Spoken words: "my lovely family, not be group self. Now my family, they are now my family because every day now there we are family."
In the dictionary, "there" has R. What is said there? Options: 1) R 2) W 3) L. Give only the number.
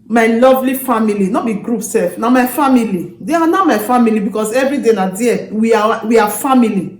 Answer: 2